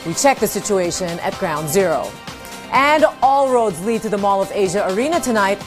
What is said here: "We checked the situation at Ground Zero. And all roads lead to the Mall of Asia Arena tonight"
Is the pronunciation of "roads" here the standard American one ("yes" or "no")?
yes